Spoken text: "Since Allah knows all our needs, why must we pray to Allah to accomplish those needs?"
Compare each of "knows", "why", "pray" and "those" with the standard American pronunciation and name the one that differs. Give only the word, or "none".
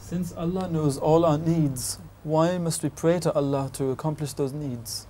none